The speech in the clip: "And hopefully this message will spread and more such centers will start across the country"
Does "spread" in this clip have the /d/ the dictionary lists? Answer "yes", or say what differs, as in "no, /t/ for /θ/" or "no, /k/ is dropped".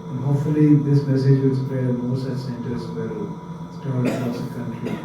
no, /d/ is dropped